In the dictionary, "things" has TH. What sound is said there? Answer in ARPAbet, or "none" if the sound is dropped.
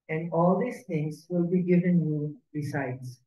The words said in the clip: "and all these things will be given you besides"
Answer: T